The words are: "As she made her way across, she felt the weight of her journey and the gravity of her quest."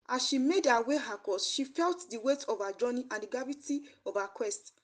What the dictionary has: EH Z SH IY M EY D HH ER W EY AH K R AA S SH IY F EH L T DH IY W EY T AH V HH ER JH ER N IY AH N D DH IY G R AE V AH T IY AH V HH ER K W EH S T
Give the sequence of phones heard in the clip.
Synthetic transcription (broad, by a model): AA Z SH IY M EY D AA W EY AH K AA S SH IY F EH L T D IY W EY T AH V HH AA JH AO N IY AH N D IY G AA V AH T IY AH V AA K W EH S T